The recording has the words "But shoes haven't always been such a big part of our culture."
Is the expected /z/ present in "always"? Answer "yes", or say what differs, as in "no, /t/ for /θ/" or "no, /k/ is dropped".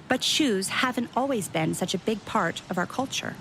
yes